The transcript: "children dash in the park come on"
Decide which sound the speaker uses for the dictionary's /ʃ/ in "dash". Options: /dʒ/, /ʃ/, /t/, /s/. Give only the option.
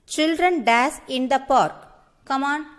/s/